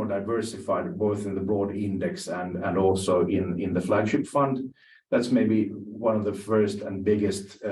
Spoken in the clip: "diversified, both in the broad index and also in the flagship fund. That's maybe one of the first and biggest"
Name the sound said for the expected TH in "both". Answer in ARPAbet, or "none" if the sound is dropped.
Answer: TH